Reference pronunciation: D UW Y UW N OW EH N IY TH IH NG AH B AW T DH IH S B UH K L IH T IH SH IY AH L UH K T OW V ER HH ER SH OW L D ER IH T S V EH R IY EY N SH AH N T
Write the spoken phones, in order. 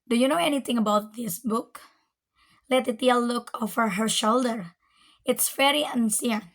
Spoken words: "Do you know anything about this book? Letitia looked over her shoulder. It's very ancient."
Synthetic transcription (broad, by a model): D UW Y UW N OW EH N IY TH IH NG AH B AW T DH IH S B UH K L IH T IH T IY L L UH K OW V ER HH ER SH OW L D ER IH T S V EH R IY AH N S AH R